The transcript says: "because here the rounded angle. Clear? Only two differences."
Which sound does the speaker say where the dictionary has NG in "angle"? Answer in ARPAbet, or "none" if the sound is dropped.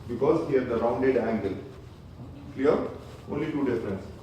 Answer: NG